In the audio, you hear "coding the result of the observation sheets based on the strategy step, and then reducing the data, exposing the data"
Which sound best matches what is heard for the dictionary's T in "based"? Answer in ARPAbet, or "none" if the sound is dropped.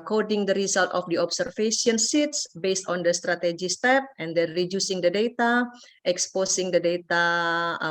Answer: T